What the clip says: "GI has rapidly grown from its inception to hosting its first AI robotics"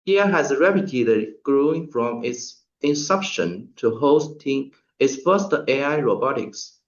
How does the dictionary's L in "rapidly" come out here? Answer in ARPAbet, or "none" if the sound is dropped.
none